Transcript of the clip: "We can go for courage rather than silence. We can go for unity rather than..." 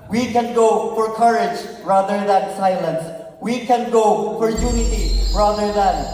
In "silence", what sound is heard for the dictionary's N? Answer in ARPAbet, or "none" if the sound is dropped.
N